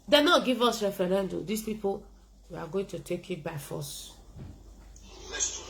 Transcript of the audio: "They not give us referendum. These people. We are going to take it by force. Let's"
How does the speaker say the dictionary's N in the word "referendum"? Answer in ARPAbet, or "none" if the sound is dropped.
N